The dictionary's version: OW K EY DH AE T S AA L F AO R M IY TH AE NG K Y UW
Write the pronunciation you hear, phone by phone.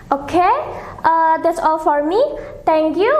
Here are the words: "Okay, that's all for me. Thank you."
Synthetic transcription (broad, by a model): OW K EY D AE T S AA L F AO R M IY T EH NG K Y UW